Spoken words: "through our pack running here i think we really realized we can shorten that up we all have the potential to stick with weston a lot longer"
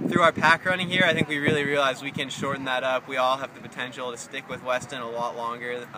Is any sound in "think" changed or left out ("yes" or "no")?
no